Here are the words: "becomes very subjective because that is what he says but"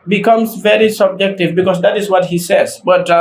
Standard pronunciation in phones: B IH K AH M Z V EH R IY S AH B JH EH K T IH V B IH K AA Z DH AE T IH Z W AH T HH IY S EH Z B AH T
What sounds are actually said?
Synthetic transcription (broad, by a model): B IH K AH M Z V EH R IY S AH B JH EH K T IH V B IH K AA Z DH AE T IH Z W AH T HH IY S EH Z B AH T